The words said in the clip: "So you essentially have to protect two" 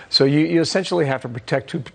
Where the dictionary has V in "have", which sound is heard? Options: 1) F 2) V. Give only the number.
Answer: 1